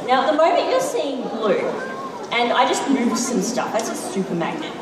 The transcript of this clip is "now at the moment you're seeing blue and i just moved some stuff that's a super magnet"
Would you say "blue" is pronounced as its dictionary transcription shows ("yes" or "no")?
yes